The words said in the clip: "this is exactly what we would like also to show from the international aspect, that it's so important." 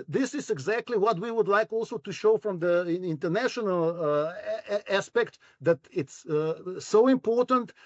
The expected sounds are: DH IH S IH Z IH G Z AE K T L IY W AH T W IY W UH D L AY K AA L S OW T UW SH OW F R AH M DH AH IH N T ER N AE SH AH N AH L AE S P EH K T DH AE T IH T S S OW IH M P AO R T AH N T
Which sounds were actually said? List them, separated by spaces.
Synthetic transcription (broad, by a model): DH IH S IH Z IH G Z AE K T L IY W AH T W IY W UH D L AY K AA L S OW T UW SH OW F R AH M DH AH IH N T ER N AE SH AH N AH L AE S P EH K T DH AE T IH T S S OW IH M P AO R T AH N T